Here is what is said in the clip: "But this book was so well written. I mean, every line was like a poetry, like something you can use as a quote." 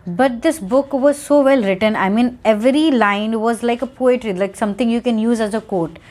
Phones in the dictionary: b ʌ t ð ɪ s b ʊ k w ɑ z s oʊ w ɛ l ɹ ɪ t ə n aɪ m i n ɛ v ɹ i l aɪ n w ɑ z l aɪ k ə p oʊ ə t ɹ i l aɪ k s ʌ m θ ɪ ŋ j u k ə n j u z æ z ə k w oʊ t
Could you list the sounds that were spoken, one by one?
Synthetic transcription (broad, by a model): b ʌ t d ɪ s b ʊ k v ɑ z s oʊ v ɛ l ɹ ɪ t ə n aɪ m i n ɛ v ɹ i l aɪ n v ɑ z l aɪ k ə p oʊ ə t ɹ i l aɪ k s ʌ m t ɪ ŋ j u k ə n j u z æ z ə k oʊ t